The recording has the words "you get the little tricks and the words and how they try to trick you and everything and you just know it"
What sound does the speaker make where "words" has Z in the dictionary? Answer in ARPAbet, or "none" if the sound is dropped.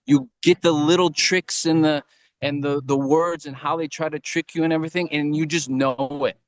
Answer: Z